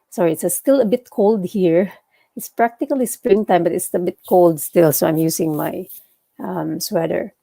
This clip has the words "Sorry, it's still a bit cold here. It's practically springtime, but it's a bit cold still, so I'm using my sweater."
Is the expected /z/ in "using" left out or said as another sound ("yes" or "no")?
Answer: yes